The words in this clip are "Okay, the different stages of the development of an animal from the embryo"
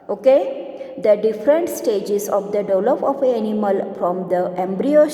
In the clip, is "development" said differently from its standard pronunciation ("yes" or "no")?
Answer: yes